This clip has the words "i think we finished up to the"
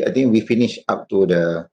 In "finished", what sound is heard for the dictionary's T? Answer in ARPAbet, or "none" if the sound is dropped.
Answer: none